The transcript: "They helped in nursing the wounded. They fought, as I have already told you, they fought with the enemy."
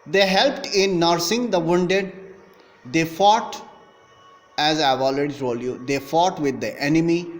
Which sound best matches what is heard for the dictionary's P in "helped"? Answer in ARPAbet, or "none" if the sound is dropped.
P